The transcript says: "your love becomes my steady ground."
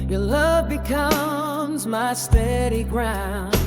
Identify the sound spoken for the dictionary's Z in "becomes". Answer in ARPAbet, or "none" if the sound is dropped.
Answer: Z